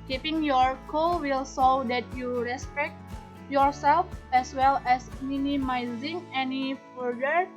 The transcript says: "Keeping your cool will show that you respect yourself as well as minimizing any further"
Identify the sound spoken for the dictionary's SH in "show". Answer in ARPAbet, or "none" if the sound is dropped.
S